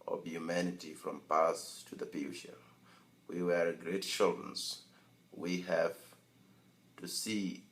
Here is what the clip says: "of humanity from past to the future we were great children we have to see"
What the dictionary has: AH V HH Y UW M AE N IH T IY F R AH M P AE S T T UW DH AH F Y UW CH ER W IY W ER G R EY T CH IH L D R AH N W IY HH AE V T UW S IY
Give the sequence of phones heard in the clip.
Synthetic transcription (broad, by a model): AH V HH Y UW M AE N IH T IY F R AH M P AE S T T UW DH AH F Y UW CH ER W IY W ER G R EY T SH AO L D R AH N W IY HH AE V T UW S IY